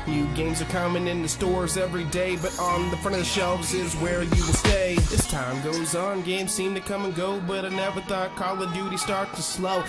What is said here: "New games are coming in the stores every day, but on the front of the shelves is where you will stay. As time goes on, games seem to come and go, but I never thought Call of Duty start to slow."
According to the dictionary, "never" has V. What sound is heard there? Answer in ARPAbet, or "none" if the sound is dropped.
W